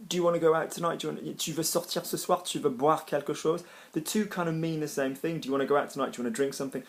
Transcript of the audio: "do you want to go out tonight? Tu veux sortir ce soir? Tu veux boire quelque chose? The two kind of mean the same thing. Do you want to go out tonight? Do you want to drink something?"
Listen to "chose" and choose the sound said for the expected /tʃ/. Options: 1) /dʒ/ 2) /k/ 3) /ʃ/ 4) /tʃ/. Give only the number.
3